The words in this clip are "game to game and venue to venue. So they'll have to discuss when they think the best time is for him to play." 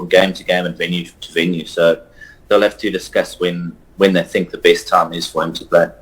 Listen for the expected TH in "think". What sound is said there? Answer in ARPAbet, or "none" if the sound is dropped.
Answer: TH